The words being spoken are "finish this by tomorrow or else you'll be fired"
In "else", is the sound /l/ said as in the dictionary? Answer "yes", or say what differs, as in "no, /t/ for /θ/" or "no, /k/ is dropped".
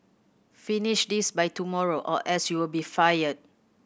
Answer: no, /l/ is dropped